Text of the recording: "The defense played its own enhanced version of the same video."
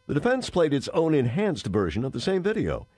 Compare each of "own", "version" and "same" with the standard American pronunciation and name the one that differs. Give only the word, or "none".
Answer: none